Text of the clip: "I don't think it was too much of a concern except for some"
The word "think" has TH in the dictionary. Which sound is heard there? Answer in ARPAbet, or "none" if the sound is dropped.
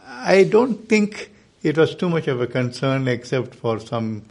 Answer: T